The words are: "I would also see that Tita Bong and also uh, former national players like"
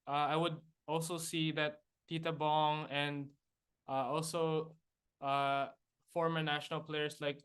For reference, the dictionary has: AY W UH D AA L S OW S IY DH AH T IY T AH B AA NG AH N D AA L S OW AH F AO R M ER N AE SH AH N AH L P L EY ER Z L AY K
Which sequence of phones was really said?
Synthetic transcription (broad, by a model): AY W UH D AA L S OW S IY DH AH T IY T AH B AA NG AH N D AA L S OW AH F AO R M ER N AE SH AH N AH L P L EY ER S L AY K